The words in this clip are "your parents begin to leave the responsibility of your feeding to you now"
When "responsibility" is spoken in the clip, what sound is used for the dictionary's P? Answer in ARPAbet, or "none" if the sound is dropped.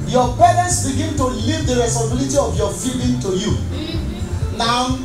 none